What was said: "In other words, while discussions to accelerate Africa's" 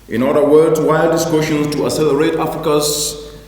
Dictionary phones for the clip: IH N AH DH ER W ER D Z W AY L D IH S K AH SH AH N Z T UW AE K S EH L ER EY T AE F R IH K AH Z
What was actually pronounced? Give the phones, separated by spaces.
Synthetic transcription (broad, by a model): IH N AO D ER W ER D W AY L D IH S K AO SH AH N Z T UW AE S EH L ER EY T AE F R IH K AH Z